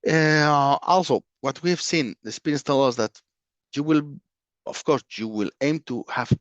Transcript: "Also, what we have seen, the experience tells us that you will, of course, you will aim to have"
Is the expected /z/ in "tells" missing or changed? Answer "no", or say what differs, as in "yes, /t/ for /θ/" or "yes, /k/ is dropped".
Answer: yes, /z/ is dropped